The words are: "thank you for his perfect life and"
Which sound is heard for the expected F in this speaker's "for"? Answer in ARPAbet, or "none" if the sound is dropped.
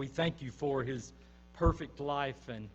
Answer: F